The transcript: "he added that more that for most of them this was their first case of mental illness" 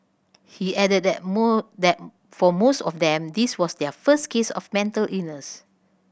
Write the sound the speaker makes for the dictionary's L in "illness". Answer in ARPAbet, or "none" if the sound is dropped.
none